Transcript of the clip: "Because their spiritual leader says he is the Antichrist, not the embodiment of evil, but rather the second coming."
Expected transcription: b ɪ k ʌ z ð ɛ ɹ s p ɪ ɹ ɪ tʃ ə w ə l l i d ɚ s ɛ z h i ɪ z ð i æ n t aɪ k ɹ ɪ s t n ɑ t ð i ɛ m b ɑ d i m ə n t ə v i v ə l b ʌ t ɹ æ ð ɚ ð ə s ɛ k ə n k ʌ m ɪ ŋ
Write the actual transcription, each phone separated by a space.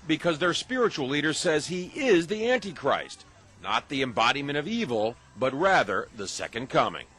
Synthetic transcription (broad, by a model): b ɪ k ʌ z ð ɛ ɹ s p ɪ ɹ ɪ tʃ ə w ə l l i d ɚ s ɛ z h i ɪ z ð i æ n t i k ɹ ɪ s t n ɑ t ð i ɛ m b ɑ d i m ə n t ə v i v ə l b ʌ t ɹ æ ð ɚ ð ə s ɛ k ə n k ʌ m ɪ ŋ